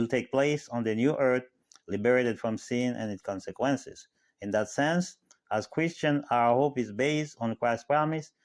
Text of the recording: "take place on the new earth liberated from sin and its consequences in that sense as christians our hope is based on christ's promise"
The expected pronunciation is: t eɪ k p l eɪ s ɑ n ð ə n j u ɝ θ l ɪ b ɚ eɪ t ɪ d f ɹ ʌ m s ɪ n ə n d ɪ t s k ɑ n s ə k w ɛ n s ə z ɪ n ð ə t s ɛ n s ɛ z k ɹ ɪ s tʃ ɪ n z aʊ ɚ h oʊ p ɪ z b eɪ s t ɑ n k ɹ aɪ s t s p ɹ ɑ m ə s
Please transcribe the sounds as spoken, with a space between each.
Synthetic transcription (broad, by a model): t eɪ k p l eɪ s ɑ n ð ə n j u ɝ θ l ɪ b ɚ eɪ t ɪ d f ɹ ʌ m s ɪ n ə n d ɪ t s k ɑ n s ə k w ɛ n s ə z ɪ n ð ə t s ɛ n s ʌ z k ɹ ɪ s tʃ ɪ n aʊ ɚ h oʊ p ɪ z b eɪ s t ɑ n k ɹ aɪ s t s p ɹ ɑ m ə s